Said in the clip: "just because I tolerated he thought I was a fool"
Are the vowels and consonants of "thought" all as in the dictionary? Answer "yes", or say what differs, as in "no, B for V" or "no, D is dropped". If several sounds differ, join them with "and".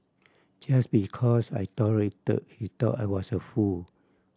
no, T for TH